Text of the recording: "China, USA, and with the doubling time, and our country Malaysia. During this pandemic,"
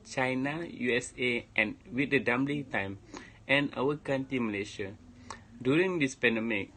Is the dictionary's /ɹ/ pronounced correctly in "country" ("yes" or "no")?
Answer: no